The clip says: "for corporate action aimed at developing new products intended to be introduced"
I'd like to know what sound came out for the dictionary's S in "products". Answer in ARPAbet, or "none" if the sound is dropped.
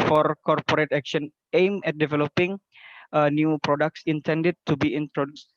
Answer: S